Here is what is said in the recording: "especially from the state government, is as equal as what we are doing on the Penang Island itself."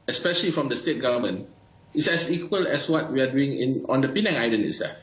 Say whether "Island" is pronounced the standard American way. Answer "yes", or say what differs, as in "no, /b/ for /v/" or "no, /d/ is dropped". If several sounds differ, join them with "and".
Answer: no, /d/ is dropped